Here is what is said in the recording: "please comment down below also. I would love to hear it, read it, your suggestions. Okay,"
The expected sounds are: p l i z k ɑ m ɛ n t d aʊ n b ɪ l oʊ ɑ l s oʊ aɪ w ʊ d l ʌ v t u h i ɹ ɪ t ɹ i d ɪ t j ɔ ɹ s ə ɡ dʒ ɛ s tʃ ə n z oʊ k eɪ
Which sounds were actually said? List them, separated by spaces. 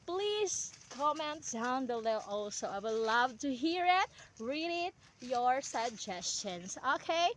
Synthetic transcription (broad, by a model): p l i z k ɑ m ɛ n t d aʊ n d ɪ l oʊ ɑ l s oʊ aɪ w ʊ d l ʌ v t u h i ɹ ɪ t ɹ i d ɪ t j ɔ ɹ s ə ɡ dʒ ɛ s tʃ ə n s oʊ k eɪ